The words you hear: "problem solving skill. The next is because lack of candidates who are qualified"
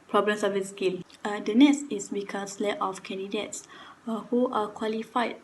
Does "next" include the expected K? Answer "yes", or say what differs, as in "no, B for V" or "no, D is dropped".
no, K is dropped